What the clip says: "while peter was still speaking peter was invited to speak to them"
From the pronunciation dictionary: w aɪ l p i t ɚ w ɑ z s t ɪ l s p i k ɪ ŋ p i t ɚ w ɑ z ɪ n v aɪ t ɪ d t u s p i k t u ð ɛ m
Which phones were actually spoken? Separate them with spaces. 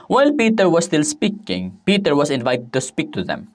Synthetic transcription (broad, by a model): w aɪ l p i t ɚ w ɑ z s t ɪ l s p i k ɪ ŋ p i t ɚ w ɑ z ɪ n v aɪ t ɪ d t u s p i k t u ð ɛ m